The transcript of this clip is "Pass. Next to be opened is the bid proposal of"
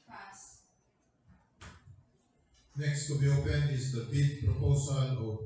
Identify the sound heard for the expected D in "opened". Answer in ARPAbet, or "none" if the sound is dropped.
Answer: none